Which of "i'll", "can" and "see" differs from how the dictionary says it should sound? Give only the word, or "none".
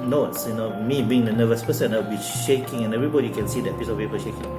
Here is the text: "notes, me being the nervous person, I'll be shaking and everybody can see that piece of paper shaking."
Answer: i'll